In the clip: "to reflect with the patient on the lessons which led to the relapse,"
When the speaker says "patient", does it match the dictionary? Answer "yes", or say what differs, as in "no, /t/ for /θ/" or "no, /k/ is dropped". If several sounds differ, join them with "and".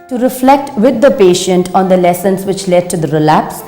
yes